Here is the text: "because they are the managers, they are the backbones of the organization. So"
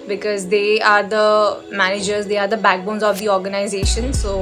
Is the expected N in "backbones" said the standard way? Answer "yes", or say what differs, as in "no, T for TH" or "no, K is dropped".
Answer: yes